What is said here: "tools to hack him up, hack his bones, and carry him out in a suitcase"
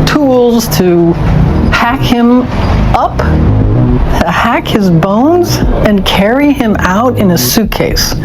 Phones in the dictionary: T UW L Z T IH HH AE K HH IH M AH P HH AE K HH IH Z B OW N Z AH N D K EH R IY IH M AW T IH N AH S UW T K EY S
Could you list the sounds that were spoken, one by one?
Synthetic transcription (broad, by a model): T UW L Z T IH HH AE K HH IH M AH P HH AE K HH IH Z B OW N Z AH N K EH R IY IH M AW T IH N AH S UW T K EY S